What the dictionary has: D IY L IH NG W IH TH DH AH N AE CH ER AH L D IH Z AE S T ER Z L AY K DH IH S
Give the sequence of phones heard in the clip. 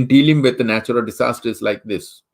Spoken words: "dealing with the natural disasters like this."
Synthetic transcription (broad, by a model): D IY L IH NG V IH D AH N AE CH ER AH L D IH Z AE S T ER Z L AY K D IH S